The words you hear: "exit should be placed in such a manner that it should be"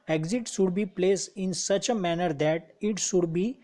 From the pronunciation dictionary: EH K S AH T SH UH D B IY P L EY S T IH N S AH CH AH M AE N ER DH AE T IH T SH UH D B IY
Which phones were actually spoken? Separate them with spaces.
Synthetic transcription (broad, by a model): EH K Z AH T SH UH D B IY P L EY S IH N S AH CH AH M AE N ER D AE T IH T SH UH D B IY